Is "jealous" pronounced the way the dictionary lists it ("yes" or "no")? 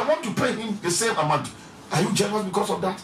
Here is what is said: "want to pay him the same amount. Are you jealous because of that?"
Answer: no